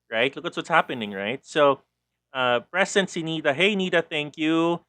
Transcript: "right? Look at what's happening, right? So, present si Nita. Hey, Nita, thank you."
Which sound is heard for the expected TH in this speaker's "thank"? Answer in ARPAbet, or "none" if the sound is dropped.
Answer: TH